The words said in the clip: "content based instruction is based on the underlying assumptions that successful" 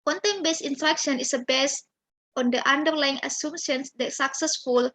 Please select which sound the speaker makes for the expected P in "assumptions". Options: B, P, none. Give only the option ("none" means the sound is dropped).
none